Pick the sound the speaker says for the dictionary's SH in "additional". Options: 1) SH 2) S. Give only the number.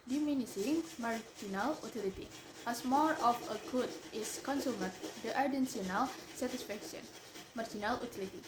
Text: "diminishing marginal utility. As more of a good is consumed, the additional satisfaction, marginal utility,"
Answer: 2